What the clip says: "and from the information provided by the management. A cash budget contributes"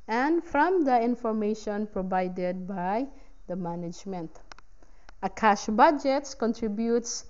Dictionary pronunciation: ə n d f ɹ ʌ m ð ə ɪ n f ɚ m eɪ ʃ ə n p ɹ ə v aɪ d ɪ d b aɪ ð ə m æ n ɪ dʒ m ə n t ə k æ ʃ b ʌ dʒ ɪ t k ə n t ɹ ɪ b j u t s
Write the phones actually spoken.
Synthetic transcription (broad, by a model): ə n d f ɹ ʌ m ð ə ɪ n f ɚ m eɪ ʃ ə n p ɹ ə v aɪ d ɪ d b aɪ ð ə m æ n ɪ dʒ m ə n t ə k æ ʃ b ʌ dʒ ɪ t k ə n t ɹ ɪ b j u t s